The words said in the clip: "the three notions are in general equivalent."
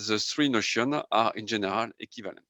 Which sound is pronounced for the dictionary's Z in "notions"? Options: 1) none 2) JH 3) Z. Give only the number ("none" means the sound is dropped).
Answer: 1